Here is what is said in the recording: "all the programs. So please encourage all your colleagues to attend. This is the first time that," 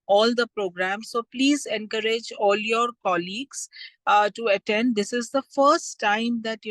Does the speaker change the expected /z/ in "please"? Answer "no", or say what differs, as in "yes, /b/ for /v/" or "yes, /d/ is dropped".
no